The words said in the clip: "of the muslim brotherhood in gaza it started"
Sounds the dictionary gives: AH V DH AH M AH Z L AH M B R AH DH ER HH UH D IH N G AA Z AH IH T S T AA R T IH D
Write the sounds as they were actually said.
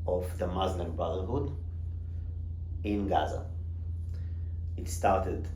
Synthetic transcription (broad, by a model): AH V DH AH M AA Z N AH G B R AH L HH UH D IH N G AA Z AH IH T S T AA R T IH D